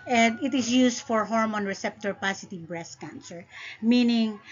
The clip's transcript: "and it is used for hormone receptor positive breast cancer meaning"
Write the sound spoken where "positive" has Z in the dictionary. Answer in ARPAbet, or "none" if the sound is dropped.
S